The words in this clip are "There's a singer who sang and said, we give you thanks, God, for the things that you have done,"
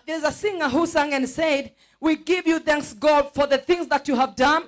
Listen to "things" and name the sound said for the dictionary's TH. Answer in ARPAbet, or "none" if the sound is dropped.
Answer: TH